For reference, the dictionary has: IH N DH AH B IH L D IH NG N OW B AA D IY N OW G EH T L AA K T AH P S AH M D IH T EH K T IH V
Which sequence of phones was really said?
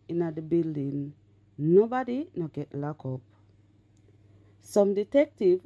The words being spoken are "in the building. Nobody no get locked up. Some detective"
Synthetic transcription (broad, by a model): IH N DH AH B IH L D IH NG N OW B AA D IY N OW G EH T L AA K AO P S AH M D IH T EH K T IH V